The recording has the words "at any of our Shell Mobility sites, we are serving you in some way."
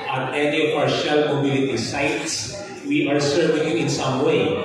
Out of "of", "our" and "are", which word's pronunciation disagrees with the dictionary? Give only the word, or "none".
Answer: of